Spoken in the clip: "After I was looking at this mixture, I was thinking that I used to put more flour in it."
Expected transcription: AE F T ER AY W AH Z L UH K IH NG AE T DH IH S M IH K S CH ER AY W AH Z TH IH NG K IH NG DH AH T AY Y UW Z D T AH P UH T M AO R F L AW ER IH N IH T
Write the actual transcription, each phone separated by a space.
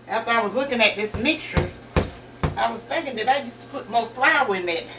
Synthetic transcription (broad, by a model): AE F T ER AY W AH Z L UH K IH NG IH T DH IH S M IH K S CH ER AY W AH Z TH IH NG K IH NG DH AH T AY Y UW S T AH P UH T M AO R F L AW IH N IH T